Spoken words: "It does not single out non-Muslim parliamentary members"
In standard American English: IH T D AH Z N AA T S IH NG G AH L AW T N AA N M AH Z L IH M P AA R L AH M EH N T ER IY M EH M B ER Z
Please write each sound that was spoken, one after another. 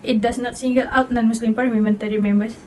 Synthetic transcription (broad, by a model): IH T D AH S N AA T S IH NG G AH L AW T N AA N M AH S L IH M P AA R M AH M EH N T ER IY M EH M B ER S